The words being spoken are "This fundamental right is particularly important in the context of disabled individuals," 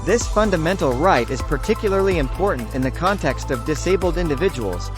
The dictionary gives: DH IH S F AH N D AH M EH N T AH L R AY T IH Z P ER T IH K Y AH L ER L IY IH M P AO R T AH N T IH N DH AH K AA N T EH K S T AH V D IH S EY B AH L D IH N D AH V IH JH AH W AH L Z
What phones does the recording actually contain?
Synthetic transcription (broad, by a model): DH IH S F AH N D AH M EH N T L R AY T IH Z P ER T IH K Y L ER L IY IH M P AO R T N T IH N DH AH K AA N T EH K S T AH V D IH S EY B L D IH N D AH V IH JH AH W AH L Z